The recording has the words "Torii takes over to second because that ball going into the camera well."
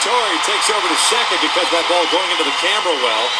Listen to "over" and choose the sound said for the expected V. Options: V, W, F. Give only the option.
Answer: V